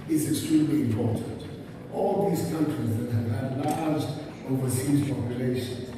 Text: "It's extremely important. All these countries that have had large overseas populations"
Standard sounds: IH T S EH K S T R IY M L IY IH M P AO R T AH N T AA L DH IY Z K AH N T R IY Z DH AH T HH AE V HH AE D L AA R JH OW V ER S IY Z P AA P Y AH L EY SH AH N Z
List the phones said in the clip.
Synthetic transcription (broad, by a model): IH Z EH K S T R IY M L IY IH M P AO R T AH N T AA L DH IY Z K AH N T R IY Z DH AH T HH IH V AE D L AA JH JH OW V ER S IY Z P AA P Y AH L EY SH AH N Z